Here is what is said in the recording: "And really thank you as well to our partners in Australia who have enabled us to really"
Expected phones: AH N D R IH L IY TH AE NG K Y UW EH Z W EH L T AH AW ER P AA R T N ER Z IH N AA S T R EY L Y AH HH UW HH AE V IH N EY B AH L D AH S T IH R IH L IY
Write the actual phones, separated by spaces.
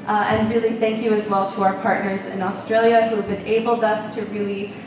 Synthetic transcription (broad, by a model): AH N R IH L IY TH AE NG K Y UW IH Z W EH L T AH AW ER P AA R T N ER Z IH N AA S T R EY L Y AH HH UW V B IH N EY B L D AH S T IH R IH L IY